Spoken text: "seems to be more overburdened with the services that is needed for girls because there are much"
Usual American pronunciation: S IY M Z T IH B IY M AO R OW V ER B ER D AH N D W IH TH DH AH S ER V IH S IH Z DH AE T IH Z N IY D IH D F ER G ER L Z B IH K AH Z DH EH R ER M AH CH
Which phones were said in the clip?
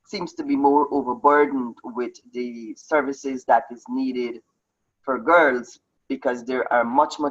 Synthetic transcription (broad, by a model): S IY M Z T IH B IY M AO R OW V ER B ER D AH N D W IH DH AH S ER V IH S IH Z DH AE T IH Z N IY D IH D F ER G ER L Z B IH K AH Z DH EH R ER M AH CH